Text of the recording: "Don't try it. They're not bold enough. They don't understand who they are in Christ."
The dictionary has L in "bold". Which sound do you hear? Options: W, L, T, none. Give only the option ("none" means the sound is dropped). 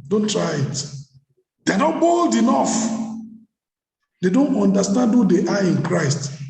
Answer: L